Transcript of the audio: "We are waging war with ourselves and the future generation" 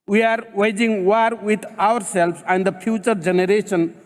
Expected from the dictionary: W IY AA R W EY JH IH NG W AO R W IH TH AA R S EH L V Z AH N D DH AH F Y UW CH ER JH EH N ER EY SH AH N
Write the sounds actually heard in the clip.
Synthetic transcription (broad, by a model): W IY AA R W EY JH IH NG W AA R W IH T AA R S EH L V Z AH N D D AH P Y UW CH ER JH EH N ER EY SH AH N